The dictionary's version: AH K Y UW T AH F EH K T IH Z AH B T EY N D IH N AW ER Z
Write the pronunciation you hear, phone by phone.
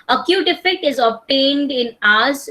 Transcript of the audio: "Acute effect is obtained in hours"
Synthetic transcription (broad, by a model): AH K Y UW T AH F EH K T IH Z AH B T EY N D IH N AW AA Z